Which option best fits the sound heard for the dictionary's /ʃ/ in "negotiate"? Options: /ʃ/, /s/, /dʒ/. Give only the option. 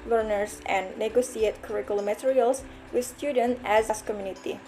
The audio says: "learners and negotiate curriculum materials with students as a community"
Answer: /s/